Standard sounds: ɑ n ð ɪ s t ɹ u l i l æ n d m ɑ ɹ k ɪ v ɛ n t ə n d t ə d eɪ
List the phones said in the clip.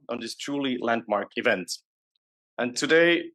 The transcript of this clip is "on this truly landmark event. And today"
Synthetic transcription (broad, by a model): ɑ n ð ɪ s t ɹ u l i l æ n d m ɑ ɹ k ɪ v ɛ n t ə n t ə d eɪ